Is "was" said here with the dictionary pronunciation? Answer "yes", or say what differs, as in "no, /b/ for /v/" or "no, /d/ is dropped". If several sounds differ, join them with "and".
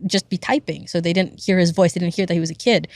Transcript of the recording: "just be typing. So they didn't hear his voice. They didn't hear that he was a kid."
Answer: yes